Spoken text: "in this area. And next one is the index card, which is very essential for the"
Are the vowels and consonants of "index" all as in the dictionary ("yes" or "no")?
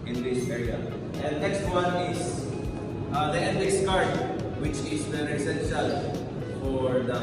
no